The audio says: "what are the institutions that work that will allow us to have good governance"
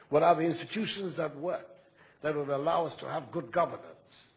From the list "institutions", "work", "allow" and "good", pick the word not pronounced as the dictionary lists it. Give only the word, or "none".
none